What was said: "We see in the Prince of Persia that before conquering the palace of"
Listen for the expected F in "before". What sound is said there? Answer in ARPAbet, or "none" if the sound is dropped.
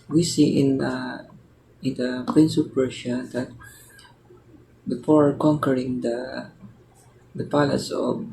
P